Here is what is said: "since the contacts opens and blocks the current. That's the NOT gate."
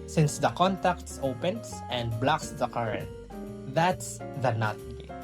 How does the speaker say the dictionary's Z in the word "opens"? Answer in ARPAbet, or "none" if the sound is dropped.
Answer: S